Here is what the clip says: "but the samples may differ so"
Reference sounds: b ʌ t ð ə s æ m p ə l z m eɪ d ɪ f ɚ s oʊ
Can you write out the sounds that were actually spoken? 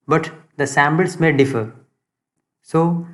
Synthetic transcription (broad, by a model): b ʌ t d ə s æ m b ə l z m eɪ d ɪ f ɚ s oʊ